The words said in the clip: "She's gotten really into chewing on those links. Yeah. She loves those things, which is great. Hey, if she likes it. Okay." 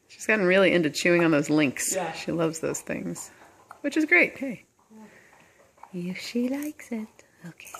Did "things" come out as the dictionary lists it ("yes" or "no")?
yes